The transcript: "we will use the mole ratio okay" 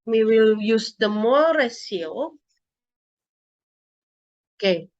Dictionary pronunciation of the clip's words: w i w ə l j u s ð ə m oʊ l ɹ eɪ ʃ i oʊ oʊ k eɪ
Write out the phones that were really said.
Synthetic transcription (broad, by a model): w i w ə l j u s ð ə m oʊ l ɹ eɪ s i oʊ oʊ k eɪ